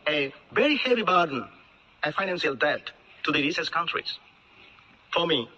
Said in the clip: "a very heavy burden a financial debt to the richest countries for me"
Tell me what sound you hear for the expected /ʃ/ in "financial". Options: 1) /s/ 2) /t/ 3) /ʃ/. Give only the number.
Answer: 1